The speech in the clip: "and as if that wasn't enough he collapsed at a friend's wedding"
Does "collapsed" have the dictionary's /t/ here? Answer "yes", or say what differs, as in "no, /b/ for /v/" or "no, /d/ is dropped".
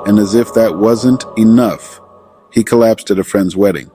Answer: yes